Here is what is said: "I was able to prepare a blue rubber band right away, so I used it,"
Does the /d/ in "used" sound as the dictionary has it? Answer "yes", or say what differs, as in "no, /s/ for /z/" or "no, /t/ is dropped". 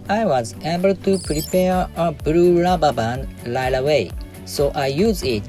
no, /d/ is dropped